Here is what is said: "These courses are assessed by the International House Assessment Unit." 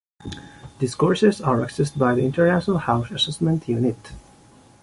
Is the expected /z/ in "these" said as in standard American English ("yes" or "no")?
no